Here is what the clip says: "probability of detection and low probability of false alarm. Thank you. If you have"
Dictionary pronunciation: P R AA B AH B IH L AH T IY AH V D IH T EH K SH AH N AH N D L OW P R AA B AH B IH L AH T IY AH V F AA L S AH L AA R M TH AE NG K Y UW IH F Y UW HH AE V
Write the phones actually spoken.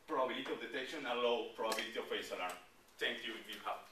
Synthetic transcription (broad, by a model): P R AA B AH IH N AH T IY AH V D IH T EH K SH AH N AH L OW P R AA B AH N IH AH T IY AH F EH S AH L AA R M T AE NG K Y UW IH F Y UW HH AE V